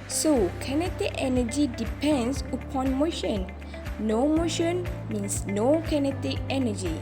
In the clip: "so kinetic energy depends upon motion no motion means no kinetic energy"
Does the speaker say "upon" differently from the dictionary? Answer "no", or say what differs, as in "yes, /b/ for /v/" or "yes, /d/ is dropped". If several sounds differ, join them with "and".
no